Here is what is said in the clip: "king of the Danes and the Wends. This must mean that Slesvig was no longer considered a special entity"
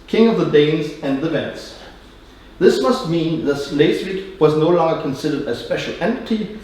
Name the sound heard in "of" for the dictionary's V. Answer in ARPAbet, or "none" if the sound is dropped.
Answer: V